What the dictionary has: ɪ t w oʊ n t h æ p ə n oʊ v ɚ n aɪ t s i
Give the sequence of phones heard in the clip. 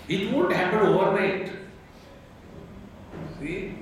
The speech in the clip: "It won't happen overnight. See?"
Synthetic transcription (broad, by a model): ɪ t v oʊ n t h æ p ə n oʊ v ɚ aɪ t s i